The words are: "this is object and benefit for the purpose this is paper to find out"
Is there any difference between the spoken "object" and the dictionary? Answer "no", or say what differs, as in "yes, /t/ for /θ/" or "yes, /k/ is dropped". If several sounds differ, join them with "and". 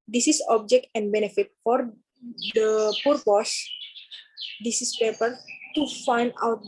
no